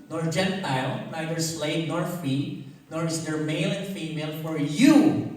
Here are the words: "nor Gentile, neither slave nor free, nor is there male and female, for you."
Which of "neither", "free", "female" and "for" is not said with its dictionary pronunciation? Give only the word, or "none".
free